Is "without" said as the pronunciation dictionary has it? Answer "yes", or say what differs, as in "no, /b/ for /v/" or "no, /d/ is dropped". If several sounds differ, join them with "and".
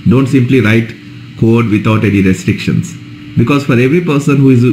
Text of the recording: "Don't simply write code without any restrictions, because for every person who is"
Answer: no, /t/ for /θ/